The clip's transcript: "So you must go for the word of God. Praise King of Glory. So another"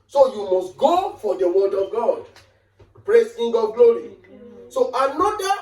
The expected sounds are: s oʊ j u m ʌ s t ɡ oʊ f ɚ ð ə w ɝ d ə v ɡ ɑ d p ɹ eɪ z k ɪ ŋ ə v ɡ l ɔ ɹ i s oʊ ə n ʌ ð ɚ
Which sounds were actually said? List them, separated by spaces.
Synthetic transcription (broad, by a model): s oʊ j u m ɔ s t ɡ oʊ f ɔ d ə w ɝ d ə v ɡ ɑ d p ɹ eɪ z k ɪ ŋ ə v ɡ l ɔ ɹ i s oʊ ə n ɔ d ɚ